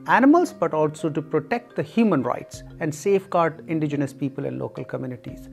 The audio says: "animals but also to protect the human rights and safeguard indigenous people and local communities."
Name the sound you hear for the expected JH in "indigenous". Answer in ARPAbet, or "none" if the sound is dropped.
JH